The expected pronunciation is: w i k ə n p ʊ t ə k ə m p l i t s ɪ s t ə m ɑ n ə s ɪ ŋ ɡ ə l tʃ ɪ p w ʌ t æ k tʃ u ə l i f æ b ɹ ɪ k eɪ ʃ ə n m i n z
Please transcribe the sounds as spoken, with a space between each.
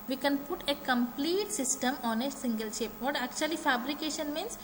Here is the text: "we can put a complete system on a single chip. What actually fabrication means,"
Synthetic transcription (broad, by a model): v i k ə n p ʊ t ə k ə m p l i t s ɪ s t ə m ɑ n ə s ɪ ŋ ɡ ə l ʃ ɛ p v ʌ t æ k tʃ u ə l i f æ b ɹ ɪ k eɪ ʃ ə n m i n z